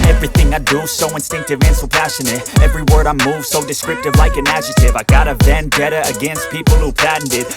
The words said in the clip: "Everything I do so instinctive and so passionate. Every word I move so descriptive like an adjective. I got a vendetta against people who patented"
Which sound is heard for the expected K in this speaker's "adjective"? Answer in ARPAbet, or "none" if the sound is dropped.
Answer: none